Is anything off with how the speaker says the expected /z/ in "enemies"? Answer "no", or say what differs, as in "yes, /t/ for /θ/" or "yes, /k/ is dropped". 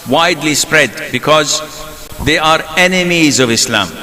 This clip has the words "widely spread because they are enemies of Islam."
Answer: no